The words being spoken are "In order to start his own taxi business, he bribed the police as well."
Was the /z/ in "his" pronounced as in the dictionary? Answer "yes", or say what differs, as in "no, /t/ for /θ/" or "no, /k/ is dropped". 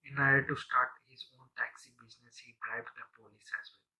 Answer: yes